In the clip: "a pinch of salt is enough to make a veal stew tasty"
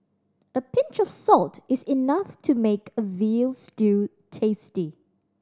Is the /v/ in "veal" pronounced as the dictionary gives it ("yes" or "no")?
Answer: yes